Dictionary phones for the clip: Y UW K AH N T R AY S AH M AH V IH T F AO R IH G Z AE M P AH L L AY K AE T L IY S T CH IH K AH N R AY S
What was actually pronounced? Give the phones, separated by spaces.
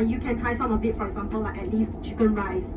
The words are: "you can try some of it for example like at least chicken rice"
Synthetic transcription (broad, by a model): Y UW K AH N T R AY S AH M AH B IH T F AO R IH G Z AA M P AH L L AY K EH T L IY S T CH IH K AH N R AY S